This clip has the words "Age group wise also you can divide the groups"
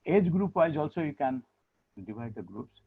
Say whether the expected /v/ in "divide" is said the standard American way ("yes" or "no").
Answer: no